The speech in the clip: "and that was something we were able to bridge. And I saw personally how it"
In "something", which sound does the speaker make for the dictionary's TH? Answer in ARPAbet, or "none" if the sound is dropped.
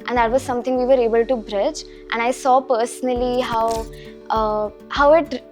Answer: T